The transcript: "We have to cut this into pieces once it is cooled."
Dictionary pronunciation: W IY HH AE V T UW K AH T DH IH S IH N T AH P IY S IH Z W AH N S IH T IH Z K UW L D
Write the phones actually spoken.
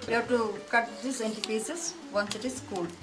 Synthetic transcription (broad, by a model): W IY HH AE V T UW K AH T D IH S IH N T AH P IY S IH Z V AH N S IH T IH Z K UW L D